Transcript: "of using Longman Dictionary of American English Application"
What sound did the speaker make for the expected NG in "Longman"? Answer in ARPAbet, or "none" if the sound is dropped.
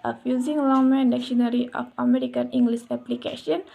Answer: none